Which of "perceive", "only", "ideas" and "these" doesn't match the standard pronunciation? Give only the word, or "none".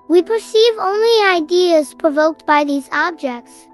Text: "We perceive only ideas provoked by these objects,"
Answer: none